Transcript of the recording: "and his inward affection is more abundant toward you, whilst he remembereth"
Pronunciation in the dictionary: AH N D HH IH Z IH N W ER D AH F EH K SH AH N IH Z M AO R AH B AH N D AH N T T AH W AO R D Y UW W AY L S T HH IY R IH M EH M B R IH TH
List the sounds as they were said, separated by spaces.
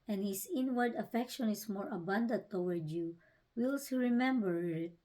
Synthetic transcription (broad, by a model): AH N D HH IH S IH N W ER D AH F EH K SH AH N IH S M AO R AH B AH N D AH N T T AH W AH R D Y UW W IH L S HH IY R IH M EH M B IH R